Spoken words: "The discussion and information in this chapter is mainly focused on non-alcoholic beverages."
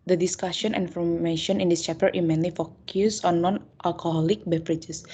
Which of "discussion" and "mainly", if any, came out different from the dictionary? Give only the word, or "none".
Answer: discussion